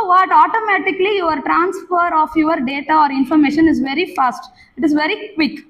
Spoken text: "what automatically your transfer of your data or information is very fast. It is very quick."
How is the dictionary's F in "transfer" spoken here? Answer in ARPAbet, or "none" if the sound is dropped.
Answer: F